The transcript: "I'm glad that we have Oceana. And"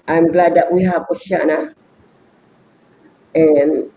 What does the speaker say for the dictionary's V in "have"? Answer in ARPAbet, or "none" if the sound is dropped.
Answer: P